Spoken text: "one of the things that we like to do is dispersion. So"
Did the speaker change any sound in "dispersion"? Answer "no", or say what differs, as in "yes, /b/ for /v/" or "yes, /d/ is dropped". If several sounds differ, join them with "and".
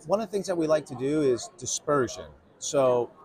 no